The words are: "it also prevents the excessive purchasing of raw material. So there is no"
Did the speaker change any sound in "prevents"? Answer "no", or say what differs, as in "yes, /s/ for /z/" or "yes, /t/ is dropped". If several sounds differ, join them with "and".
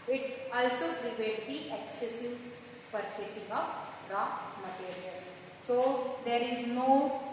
yes, /n/ is dropped